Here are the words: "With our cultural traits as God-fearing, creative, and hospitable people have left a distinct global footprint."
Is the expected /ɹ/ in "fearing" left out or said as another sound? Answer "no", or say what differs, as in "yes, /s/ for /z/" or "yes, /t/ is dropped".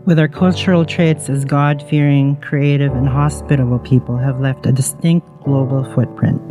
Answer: no